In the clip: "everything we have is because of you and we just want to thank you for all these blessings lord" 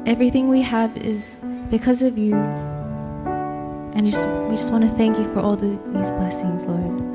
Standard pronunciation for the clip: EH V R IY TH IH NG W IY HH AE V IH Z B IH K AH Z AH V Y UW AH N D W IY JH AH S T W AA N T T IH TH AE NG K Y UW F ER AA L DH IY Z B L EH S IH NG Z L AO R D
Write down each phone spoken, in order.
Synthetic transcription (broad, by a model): EH V R IY TH IH NG W IY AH V IH Z B IH K AH Z AH V Y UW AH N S W IY JH AH S T W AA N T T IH TH AE NG K Y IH F ER AA L DH IY Z B L EH S IH NG Z L AO R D